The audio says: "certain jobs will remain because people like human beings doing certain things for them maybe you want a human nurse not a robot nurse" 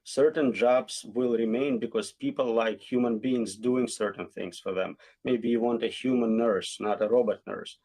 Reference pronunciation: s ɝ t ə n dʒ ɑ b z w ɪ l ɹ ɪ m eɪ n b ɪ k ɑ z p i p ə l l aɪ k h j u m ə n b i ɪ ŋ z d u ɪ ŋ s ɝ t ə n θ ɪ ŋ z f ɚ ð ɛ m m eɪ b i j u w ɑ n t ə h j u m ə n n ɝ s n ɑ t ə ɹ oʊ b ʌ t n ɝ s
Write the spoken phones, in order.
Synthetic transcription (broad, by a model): s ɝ t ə n dʒ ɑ b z w ɪ l ɹ ɪ m eɪ n b ɪ k ɑ z p i p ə l l aɪ k h j u m ə n b i ɪ ŋ z d u ɪ ŋ s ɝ t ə n θ ɪ ŋ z f ɚ ð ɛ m m eɪ b i j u w ɑ n t ə h j u m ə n n ɝ s n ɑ t ə ɹ oʊ b ʌ t n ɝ s